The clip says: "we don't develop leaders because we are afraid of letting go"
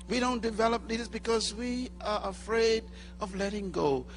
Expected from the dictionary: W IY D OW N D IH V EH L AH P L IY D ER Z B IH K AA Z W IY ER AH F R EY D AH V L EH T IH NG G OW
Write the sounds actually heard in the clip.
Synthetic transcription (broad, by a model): W IY D OW N D IH V EH L AH P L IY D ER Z B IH K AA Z W IY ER AH F R EY D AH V L EH T IH NG G OW